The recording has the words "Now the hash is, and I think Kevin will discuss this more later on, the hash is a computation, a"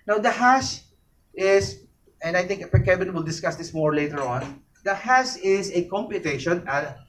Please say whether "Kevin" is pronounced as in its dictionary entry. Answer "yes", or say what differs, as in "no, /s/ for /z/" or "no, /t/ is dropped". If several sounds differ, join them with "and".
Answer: no, /b/ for /v/